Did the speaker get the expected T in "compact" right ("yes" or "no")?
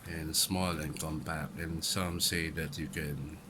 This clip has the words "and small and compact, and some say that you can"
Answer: no